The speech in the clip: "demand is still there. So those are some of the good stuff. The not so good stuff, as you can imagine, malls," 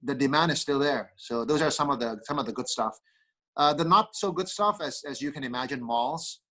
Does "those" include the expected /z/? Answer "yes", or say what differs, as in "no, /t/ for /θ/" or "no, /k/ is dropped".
yes